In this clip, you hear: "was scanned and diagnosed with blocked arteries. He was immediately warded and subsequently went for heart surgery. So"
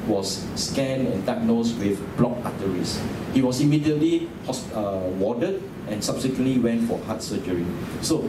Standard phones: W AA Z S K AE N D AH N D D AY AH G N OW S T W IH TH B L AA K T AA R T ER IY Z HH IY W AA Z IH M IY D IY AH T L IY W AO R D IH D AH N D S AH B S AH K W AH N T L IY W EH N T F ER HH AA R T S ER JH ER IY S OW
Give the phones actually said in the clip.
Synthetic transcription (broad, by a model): W AA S S K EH N AH N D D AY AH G N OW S W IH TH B L AA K AA T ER IY S HH IY W AA S IH M IY D IY AH T L IY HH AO W D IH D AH N S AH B S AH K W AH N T L IY W EH N T F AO HH AA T S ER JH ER IY S OW